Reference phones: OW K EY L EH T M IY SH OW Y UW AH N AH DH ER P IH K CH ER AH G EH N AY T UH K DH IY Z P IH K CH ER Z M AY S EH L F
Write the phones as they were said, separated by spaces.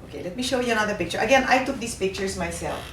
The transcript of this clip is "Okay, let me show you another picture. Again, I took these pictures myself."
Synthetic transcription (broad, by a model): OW K EY L EH T M IY SH OW Y UW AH N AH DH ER P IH K CH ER AH G EH N AY T UH K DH IY S P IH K CH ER S M AY S EH L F